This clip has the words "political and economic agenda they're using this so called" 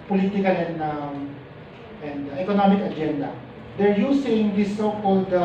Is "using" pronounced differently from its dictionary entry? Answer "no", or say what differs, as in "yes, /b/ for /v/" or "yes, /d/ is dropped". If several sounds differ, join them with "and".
yes, /s/ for /z/